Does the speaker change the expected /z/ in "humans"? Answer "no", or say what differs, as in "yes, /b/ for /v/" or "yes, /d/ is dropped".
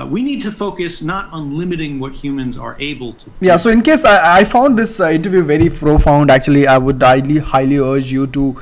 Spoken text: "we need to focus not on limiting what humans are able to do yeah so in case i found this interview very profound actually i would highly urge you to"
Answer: no